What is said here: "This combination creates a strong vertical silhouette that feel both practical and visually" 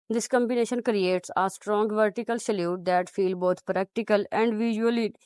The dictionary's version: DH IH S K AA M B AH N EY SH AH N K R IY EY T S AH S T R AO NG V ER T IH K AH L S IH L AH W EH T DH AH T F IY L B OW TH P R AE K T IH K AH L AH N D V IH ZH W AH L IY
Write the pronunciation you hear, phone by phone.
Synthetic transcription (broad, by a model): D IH S K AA M B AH N EY SH AH N K R IY EY T S AH S T R AO NG V ER T IH K AH L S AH L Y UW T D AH T F IY L B OW T P R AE K T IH K AH L AH N D V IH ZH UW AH L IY